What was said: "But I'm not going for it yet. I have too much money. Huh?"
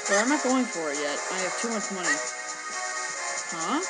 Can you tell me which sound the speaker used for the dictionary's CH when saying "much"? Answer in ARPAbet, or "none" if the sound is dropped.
S